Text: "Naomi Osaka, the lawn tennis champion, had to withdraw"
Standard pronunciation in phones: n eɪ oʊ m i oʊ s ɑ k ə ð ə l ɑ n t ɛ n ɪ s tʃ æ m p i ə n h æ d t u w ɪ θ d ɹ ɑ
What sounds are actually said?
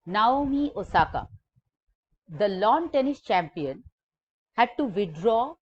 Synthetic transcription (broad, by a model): n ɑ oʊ m i oʊ s ɑ k ə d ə l ɑ n t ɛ n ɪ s tʃ æ m p i ə n h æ d t u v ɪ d ɹ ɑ